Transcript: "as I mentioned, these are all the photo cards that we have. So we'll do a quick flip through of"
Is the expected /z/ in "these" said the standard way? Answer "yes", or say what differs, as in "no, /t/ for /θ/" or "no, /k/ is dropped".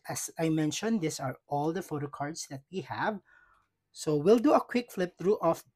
no, /s/ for /z/